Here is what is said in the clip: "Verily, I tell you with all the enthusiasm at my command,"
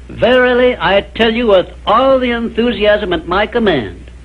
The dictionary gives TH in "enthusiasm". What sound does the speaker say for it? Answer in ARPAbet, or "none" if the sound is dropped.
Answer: TH